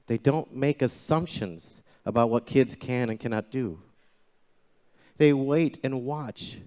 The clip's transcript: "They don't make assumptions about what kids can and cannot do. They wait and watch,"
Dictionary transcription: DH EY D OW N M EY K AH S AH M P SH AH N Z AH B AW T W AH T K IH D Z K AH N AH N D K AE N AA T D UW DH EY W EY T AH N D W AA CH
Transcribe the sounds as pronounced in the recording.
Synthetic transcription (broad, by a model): DH EY D OW N M EY K AH S AH M P SH AH N Z AH B AW T W AH T K IH D Z K AH N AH N K AE N AA T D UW DH EY W EY T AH N W AA CH